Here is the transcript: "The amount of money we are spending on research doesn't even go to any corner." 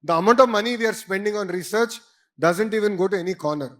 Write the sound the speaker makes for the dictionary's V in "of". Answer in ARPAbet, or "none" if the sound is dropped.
V